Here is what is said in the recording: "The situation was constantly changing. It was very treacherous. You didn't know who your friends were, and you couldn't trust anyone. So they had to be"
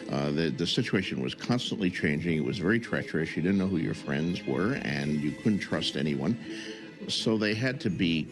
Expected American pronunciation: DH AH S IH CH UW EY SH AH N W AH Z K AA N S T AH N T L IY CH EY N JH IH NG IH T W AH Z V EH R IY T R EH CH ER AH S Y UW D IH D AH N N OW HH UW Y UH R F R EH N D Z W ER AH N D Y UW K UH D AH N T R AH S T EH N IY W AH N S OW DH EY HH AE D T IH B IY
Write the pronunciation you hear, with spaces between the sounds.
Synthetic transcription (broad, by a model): DH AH S IH CH UW EY SH AH N W AH Z K AA N S T AH N T L IY CH EY N JH IH NG IH T W AH Z V EH R IY T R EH CH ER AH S Y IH D IH D N N OW HH UW Y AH R F R EH N D Z W ER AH N Y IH K UH D N T R AH S T EH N IY W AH N S OW DH EY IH D T IH B IY